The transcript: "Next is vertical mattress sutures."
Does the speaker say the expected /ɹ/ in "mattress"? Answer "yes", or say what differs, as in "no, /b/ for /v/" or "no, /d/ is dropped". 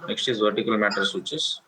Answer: no, /ɹ/ is dropped